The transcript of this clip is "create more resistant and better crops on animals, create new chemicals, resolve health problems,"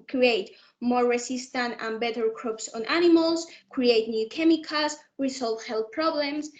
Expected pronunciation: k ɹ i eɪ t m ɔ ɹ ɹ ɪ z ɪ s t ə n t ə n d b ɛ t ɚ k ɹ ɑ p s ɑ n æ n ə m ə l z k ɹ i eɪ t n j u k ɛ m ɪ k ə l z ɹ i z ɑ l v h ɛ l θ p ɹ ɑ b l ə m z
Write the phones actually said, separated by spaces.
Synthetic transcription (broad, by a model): k ɹ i eɪ t m ɔ ɹ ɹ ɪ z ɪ s t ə n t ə n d b ɛ t ɚ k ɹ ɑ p s ɑ n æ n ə m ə l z k ɹ i eɪ t n j u k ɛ m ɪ k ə z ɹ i s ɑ l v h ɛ l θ p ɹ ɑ b l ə m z